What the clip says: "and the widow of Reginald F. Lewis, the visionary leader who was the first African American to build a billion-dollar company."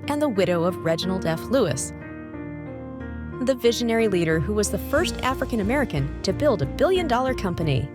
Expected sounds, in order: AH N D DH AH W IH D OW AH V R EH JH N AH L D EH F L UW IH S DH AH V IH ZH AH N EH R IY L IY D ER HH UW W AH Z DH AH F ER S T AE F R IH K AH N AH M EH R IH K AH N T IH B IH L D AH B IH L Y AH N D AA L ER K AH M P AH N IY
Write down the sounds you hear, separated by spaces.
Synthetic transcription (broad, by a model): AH N DH AH W IH D OW AH V R EH JH N L D EH F L UW IH S DH AH V IH ZH AH N EH R IY L IY D ER HH UW W AH Z DH AH F ER S T AE F R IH K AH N AH M EH R IH K AH N T IH B IH L D AH B IH L Y AH N D AA L ER K AH M P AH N IY